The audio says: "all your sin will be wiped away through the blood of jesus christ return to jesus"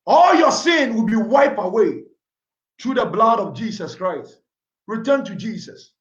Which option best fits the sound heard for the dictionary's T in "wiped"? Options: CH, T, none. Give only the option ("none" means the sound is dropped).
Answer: none